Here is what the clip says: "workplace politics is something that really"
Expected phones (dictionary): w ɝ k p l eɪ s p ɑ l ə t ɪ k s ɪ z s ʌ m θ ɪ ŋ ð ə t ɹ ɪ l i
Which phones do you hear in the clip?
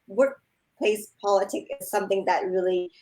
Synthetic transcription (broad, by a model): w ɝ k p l eɪ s p ɑ l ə t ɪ k ɪ z s ʌ m θ ɪ ŋ ð ə t ɹ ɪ l i